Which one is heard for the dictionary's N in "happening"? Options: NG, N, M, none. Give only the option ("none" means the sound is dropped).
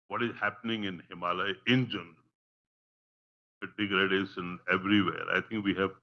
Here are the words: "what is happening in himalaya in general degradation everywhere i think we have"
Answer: N